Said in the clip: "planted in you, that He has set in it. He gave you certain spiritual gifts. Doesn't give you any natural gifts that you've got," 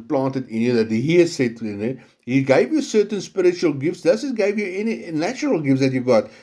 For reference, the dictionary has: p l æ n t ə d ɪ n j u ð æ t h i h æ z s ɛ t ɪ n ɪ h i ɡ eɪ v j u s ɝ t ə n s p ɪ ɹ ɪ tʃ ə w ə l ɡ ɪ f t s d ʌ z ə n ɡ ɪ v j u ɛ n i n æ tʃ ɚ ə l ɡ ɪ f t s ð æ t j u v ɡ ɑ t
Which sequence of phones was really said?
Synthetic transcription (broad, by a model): p l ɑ n t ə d ɪ n j u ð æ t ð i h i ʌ s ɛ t ɪ n ɪ h i ɡ eɪ v j u s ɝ t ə n s p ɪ ɹ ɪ tʃ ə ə l ɡ ɪ f t s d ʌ s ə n ɡ ɪ v j u ɛ n i n æ tʃ ɚ ə l ɡ ɪ f t s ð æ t j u ɡ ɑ t